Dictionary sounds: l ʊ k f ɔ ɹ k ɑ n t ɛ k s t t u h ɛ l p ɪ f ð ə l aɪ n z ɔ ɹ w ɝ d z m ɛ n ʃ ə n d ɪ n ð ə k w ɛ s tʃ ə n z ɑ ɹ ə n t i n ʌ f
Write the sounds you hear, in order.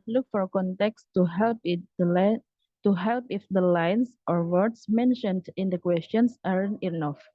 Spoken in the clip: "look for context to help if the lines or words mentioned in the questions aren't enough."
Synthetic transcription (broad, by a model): l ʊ k f ɔ ɹ k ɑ n t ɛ k s t t u h ɛ l p ɪ f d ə l aɪ n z ɔ ɹ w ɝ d s m ɛ n ʃ ə n d ɪ n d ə k w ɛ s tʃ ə n s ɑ ɹ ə n i n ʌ f